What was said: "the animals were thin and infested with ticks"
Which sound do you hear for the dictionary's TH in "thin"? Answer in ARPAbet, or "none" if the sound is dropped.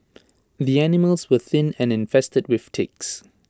TH